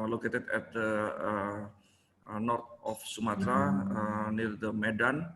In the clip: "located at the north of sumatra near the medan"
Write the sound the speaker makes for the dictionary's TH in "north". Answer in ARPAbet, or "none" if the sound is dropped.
T